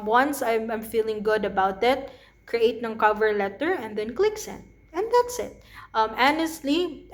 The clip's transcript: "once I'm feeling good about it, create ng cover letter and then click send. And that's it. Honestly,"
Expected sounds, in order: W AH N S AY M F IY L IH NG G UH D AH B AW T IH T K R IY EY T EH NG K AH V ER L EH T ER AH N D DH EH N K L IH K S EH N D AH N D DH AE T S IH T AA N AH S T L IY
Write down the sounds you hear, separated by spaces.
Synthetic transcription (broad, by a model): W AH N S AY M F IY L IH NG G UH D AH B AW T IH T K R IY EY T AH NG K AH V ER L EH T ER AH N D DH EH N K L IH K S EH N AH N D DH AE T S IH T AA N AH S T L IY